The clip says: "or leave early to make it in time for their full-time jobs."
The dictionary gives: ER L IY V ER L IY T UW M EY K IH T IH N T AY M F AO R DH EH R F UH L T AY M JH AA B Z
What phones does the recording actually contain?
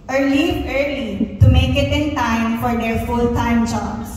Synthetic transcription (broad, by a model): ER L IY ER L IY T UW M EY K IH T IH N T AY M F AO R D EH R F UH L T AY M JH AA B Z